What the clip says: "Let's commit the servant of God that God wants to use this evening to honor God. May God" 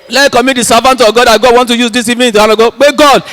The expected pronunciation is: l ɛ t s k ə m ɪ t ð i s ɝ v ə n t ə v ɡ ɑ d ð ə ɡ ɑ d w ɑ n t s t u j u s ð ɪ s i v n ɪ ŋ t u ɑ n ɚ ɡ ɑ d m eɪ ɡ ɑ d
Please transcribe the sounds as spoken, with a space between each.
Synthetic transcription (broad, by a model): l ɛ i k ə m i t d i s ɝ v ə n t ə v ɡ ɑ d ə ɡ ɑ d w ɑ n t t u j u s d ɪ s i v ɪ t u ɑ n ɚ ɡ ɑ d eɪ ɡ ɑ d